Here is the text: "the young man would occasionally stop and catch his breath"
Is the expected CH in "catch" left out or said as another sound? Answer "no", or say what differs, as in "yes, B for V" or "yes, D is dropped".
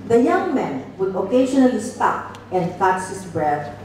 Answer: yes, S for CH